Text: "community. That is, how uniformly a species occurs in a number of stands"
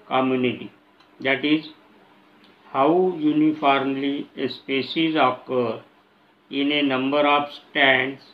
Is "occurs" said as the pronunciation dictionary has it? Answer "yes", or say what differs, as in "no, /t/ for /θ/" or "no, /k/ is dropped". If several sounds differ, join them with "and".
no, /z/ is dropped